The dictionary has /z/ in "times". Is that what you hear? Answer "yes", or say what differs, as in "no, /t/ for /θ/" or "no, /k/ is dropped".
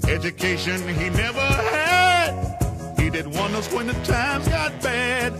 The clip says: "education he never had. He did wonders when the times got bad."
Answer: yes